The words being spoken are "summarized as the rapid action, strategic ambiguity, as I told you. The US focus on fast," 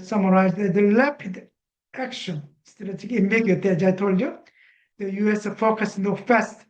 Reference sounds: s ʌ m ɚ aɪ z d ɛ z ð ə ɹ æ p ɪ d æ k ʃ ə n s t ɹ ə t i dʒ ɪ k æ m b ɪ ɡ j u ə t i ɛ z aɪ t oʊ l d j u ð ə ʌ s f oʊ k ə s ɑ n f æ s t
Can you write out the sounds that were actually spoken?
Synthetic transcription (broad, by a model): s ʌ m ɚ aɪ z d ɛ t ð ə l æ p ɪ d æ k ʃ ə n s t ə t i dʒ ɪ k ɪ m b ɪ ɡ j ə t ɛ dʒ aɪ t oʊ l d j u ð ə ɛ s f oʊ k ə s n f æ s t